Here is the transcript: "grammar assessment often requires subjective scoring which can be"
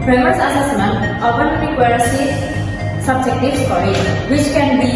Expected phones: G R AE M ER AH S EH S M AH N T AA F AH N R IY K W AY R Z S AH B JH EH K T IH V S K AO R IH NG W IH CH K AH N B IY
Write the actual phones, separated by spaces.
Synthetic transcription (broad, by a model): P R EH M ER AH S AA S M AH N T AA P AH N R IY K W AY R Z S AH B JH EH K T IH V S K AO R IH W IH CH K AH N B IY